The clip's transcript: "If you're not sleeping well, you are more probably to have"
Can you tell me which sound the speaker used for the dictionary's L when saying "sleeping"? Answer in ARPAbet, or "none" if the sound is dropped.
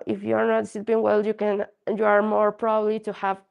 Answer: none